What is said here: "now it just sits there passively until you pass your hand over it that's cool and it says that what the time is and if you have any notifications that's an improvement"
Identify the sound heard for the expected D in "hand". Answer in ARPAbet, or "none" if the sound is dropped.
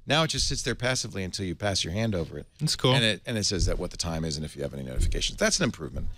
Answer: D